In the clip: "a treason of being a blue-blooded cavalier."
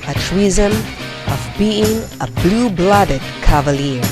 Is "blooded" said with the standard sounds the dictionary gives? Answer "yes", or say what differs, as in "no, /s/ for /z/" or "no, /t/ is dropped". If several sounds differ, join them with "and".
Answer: yes